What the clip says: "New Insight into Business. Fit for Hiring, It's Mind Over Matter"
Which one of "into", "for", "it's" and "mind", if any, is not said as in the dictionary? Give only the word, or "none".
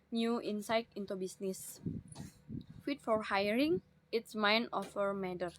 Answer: mind